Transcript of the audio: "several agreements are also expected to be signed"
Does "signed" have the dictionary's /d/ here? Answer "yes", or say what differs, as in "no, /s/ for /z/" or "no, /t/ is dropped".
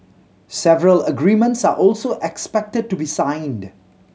yes